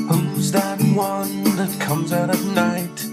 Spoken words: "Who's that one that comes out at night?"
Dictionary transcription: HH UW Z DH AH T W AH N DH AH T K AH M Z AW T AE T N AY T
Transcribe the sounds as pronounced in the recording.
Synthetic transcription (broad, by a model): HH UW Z DH AH T W AH N DH AH T K AH M Z AW T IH N AY T